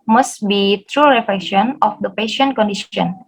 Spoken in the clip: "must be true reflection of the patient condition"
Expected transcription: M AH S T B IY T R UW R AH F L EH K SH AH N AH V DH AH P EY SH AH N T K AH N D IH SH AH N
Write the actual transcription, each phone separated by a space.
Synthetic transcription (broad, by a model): M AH S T B IY T R UW R AH F L EH K SH AH N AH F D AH P EY SH AH N T K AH N D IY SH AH N